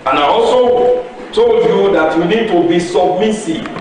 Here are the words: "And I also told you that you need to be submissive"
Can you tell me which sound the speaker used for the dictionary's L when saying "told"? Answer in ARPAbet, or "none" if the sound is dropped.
L